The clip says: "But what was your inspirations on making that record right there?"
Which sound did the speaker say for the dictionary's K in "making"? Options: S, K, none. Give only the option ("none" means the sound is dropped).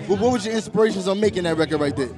K